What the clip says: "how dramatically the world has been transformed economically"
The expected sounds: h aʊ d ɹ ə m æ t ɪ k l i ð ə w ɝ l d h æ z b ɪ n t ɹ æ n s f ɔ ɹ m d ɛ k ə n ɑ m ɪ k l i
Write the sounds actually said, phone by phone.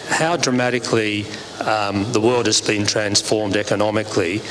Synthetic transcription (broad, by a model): h aʊ d ɹ ə m æ t ɪ k l i ð ə w ɝ l d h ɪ z b ɪ n t ɹ æ n s f ɔ ɹ m d ɛ k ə n ɑ m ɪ k l i